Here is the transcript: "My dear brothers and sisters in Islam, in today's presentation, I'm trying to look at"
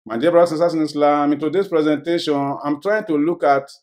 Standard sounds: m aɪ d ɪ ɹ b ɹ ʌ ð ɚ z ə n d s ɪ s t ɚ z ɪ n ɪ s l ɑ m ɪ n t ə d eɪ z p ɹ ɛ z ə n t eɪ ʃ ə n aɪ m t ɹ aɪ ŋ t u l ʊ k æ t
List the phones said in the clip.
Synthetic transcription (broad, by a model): m aɪ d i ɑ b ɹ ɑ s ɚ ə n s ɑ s ɪ n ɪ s l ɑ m ɪ n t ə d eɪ s p ɹ ɛ z ə n t eɪ ʃ ə n aɪ m t ɹ aɪ ŋ t u l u k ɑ t